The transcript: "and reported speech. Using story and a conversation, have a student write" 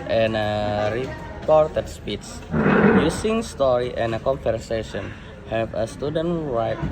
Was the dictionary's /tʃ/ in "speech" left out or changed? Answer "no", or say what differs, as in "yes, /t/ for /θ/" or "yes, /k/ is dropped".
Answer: yes, /s/ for /tʃ/